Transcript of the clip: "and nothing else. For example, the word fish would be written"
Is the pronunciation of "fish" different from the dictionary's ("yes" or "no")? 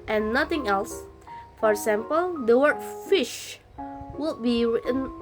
no